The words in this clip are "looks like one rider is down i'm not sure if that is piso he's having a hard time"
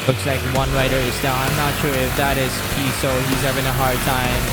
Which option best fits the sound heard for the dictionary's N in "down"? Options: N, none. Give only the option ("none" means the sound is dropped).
none